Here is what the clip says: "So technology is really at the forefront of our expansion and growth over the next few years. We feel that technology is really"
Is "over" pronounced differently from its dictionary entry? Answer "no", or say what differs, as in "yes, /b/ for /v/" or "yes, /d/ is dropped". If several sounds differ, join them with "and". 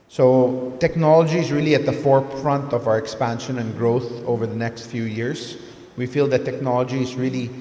no